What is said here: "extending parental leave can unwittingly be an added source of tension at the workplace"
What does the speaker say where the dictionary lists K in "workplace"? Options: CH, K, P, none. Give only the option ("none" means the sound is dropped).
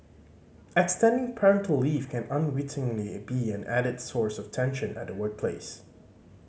K